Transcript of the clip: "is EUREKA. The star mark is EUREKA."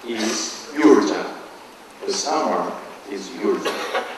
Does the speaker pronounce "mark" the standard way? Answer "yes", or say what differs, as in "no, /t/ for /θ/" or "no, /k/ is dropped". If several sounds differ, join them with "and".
no, /k/ is dropped